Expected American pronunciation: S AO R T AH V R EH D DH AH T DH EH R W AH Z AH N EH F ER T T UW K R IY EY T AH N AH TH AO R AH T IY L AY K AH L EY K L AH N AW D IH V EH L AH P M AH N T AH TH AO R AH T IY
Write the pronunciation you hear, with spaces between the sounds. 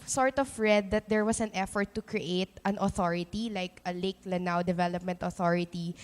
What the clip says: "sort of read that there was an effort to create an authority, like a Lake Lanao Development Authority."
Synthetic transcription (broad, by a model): S AO R T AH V R EH D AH T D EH R W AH S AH N EH F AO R T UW K R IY EY T AH N AH TH AO R AH T IY L AY K AH L EY K L AH N AW D IH V EH L AH P M AH N T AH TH AO R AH T IY